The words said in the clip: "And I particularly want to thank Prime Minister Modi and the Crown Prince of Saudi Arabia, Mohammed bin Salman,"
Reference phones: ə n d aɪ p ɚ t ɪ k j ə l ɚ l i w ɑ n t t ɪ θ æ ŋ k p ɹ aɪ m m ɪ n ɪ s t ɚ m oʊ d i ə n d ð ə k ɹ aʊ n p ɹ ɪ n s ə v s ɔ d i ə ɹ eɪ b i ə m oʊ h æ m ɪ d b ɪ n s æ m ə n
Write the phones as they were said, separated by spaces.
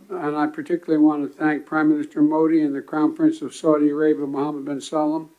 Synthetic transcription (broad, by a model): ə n aɪ p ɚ t ɪ k j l l i w ɑ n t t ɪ θ æ ŋ k p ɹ aɪ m m ɪ n ɪ s t ɚ m oʊ d i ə n ð ə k aʊ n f ɹ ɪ n s ə v s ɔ d i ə ɹ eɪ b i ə m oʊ h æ m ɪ d b ɪ n s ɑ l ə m